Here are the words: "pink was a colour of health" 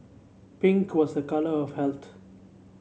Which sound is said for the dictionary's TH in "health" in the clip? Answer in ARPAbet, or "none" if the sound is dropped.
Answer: T